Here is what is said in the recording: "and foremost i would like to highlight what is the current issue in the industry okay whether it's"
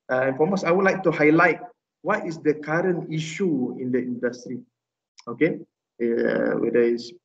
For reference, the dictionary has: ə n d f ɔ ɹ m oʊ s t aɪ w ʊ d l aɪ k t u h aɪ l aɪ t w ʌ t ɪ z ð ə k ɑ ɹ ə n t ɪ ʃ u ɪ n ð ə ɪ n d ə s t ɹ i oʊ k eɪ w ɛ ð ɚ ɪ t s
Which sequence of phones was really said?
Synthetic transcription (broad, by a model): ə n f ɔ m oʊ s aɪ w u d l aɪ k t u h aɪ l aɪ t w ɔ t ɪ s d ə k ɑ ɹ ə n t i ʃ u ɪ n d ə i n d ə s t ɹ i oʊ k eɪ w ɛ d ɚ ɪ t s